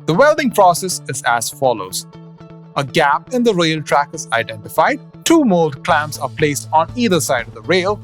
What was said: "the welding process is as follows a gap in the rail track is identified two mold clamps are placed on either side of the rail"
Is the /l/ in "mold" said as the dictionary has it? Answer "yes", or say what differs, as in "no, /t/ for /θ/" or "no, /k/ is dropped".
yes